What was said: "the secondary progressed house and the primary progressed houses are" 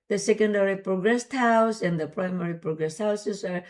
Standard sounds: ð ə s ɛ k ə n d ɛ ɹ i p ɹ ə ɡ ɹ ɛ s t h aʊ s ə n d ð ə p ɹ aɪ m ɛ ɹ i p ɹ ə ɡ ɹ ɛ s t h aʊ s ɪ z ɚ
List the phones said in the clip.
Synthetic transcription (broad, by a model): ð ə s ɛ k ə n d ɛ ɹ i p ɹ ə ɡ ɹ ɛ s t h aʊ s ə n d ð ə p ɹ aɪ m ɛ ɹ i p ɹ ə ɡ ɹ ɛ s t h aʊ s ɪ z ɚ